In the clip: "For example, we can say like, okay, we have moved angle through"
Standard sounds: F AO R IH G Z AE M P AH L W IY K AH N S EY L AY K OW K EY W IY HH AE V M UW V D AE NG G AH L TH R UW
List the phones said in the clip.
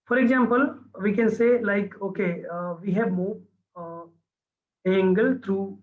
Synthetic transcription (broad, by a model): F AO R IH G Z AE M P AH L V IY K AH N S EY L AY K OW K EY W IY HH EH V M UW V AE NG G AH L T R UW